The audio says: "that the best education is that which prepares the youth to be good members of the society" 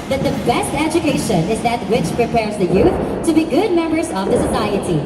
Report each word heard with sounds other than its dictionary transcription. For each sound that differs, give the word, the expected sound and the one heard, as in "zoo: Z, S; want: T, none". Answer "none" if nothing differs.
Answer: none